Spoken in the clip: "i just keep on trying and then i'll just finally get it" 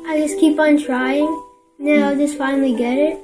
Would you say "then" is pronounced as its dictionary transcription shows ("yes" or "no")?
no